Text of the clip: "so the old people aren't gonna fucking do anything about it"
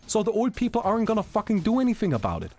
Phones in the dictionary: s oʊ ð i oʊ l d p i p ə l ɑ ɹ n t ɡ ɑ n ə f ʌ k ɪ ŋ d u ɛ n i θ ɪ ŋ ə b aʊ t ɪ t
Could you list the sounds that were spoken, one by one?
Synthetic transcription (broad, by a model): s oʊ ð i oʊ l d p i p l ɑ ɹ n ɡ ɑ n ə f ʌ k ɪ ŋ d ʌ ɛ n i θ ɪ ŋ ə b aʊ t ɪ t